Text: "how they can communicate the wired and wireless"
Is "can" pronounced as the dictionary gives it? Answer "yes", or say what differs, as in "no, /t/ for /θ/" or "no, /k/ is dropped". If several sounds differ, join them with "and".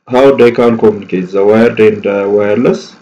no, /l/ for /n/